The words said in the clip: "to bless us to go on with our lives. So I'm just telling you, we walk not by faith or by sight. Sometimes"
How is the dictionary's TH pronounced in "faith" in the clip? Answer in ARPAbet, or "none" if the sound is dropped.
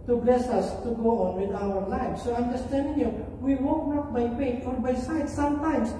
F